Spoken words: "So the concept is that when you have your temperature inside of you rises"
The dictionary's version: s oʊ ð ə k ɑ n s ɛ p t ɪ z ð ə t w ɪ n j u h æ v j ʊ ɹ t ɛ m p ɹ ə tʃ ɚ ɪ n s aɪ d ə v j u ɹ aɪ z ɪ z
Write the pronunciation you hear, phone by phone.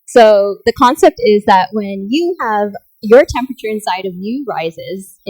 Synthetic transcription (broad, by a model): s oʊ ð ə k ɑ n s ɛ p t ɪ z ð ə t w ɪ n j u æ v j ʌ ɹ t ɛ m p ɹ ə tʃ ɚ ɪ n s aɪ d ə v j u ɹ aɪ z ɪ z